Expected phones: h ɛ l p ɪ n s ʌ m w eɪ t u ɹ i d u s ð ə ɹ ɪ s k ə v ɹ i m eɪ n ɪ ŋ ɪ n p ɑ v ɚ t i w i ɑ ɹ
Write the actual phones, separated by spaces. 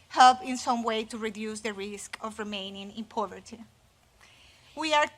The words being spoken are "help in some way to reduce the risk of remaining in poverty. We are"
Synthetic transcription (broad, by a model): h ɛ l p ɪ n s ʌ m w eɪ t u ɹ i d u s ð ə ɹ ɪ s k ə v ɹ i m eɪ n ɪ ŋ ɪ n p ɑ v ɚ t i w i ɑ ɹ